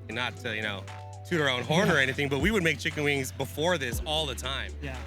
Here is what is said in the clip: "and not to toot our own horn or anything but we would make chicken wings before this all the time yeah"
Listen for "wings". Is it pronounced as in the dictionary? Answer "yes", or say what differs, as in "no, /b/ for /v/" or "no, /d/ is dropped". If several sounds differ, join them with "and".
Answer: yes